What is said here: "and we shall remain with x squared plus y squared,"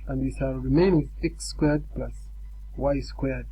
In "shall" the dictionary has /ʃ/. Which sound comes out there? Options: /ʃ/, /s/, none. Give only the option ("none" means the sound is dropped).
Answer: /s/